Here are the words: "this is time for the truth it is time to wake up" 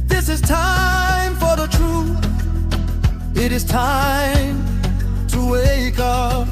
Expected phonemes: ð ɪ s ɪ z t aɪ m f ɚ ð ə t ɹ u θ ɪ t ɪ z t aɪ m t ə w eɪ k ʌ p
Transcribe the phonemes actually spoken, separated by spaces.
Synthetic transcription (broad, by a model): ð ɪ s ɪ z t aɪ m f ɚ ð ə t ɹ u θ ɪ t ɪ z t aɪ m t ə w eɪ k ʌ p